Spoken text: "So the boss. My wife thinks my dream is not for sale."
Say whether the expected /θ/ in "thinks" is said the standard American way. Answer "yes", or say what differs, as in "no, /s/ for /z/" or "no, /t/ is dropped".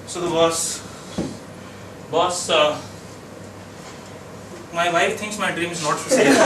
no, /t/ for /θ/